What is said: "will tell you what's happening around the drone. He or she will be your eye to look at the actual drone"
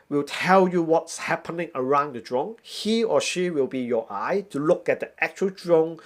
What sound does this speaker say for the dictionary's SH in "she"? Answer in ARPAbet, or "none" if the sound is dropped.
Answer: SH